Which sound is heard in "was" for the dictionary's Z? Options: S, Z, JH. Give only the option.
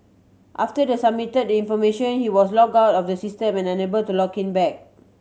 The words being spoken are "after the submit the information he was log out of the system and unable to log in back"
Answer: S